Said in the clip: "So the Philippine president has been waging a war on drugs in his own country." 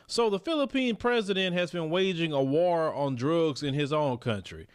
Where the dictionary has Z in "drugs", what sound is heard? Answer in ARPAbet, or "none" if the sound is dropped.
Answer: Z